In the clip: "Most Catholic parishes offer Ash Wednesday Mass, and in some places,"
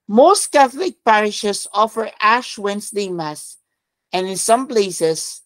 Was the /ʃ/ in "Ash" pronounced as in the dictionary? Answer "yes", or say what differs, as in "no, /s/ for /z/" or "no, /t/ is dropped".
yes